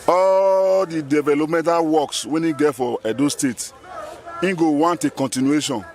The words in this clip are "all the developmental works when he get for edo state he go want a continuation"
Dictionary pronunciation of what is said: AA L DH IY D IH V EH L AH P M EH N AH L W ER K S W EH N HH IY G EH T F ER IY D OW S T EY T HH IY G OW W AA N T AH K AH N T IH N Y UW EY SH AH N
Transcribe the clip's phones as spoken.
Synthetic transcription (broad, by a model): AA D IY D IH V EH L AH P M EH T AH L W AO K S W EH N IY G EH T F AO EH D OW S T EY T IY G OW W AA N T AH K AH N T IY N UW EY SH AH N